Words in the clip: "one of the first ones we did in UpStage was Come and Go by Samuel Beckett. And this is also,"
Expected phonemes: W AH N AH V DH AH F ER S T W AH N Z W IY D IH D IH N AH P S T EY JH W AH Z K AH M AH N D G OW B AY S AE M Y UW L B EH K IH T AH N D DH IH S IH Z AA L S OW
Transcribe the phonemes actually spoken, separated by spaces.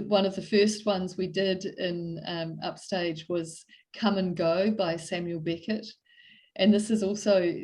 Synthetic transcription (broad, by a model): W AH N AH V DH AH F ER S T W AH N Z W IY D IH D IH N AH P S T EY JH W AH Z K AH M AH N G OW B AY S AE M Y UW L B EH K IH T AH N DH IH S IH Z AA L S OW